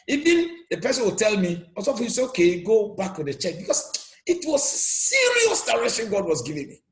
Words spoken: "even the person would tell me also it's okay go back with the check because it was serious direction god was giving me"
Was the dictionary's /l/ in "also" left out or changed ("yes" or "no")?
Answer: yes